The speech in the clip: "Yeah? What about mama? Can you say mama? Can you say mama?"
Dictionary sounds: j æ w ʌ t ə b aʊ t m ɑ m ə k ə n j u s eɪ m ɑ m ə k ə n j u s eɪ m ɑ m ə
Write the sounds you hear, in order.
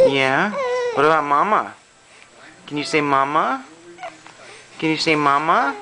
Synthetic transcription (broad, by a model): j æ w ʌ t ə aʊ m ɑ m ə k ə n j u s eɪ m ɑ m ə k ə n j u s eɪ m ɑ m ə